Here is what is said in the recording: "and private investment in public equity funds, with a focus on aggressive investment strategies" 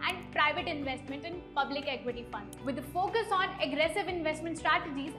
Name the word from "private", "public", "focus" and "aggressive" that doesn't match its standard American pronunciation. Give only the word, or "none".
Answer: none